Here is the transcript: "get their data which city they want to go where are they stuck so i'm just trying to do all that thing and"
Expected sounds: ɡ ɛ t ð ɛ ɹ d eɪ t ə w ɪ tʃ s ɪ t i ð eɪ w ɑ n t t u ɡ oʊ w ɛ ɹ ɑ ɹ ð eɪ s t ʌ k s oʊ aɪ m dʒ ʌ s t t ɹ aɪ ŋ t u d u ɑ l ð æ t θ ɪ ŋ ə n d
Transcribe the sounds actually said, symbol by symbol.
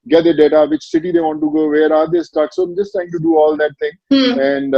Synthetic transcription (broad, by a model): ɡ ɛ t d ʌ d eɪ t ə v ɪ tʃ s ɪ t i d eɪ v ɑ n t t u ɡ oʊ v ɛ ɹ ɑ ɹ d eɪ s t ʌ k s oʊ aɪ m dʒ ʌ s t t aɪ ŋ t u d u ɑ l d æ t t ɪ ŋ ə n d